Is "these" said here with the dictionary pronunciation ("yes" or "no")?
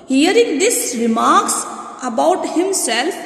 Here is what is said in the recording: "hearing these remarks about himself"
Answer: no